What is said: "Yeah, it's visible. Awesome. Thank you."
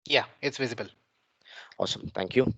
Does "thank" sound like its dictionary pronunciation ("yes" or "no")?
no